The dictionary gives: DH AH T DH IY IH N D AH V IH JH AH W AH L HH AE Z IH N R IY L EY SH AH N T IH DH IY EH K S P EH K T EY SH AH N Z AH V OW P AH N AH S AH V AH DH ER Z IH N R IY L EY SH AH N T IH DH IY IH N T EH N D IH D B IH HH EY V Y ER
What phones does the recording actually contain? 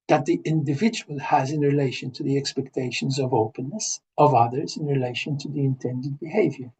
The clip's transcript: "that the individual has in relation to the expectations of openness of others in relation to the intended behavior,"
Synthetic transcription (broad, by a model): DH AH T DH IY IH N D AH V IH JH AH W AH L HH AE Z IH N R IY L EY SH AH N T IH DH IY EH K S P EH K T EY SH AH N Z AH V OW P AH N AH S AH V AH DH ER Z IH N R IY L EY SH AH N T IH DH IY IH N T EH N D IH D B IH HH EY V Y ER